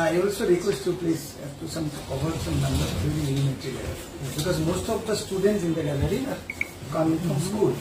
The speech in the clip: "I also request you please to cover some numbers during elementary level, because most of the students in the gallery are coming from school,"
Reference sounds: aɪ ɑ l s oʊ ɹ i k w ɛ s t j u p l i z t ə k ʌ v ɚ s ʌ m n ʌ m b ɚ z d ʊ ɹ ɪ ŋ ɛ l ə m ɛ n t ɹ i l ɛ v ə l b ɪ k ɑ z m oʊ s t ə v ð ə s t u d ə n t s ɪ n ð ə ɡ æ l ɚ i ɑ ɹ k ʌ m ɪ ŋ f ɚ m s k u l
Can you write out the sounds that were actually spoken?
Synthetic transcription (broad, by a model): aɪ ɑ l s oʊ ɹ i k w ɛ s t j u p l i s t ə k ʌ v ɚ s ʌ m n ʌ m b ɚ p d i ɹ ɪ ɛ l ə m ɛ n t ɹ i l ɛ ə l b ɪ k ɑ z m oʊ s t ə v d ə s t u d ə n t s ɪ n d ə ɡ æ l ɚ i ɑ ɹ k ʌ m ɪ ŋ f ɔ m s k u l